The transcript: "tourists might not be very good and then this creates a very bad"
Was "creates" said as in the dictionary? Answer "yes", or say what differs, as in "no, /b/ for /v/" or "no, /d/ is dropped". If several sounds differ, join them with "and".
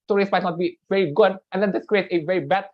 no, /s/ is dropped